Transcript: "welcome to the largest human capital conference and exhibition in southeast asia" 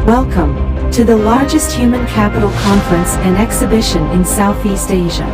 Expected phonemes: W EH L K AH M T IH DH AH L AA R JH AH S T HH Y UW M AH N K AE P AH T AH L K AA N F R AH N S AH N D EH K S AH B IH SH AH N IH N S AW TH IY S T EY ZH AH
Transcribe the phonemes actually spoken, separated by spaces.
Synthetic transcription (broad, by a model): W EH L K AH M T IH DH AH L AA R JH AH S T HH Y UW M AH N K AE P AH T L K AA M F R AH N S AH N EH K S AH B IH SH AH N IH N S AW TH IY S T EY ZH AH